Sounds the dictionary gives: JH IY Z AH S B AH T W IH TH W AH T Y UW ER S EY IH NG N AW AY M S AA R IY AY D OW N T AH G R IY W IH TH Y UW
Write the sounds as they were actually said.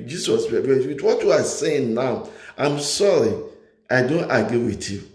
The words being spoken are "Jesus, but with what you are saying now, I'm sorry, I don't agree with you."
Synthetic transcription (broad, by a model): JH IY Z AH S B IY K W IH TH W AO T Y UW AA S EY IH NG N AW AY M S AA R IY AY D OW N T AH G R IY W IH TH Y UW